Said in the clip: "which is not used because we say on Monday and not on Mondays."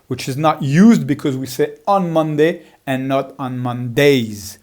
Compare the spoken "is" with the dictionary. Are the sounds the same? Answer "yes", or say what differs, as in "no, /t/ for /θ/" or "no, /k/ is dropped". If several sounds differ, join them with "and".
yes